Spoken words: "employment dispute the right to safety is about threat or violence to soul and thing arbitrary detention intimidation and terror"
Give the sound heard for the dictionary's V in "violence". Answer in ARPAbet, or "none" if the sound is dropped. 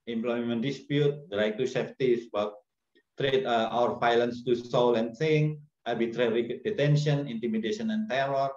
F